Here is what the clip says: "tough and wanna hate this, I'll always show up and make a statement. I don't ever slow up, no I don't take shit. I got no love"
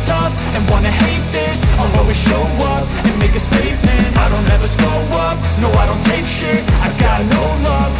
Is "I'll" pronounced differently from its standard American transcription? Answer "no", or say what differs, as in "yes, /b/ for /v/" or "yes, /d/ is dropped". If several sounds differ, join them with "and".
yes, /w/ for /l/